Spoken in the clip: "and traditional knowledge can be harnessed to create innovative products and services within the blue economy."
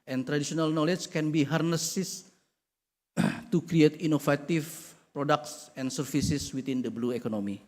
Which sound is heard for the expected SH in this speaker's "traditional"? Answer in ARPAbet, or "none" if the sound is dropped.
S